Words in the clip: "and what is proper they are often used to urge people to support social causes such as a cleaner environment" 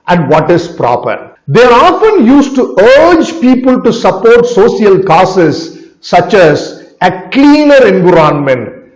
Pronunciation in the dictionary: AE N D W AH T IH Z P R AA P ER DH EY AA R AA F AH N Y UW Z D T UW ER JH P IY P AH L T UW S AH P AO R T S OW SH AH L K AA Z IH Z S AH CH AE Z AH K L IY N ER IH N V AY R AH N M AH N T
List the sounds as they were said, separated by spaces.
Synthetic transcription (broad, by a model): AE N D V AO T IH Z P R AA P ER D EY AA R AA F AH N Y UW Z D T UW ER JH P IY P AH L T UW S AH P AO R T S OW S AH L K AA S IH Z S AH CH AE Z AH K L IY N ER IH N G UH R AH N M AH N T